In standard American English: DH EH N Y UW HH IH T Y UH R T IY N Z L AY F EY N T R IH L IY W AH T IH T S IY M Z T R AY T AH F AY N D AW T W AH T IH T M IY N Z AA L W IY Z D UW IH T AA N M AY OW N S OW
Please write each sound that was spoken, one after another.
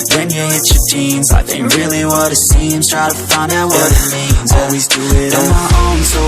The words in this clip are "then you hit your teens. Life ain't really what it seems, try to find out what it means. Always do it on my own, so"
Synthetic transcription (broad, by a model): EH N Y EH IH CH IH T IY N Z AY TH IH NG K R IH L IY W AH T IH T S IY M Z T R AY T AH F AY N D AW T W AH T IH T M IY N Z AA L W IY Z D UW IH T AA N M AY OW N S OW